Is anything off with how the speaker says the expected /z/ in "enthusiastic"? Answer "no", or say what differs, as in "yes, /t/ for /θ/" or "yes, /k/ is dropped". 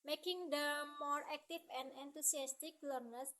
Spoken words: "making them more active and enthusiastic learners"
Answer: yes, /s/ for /z/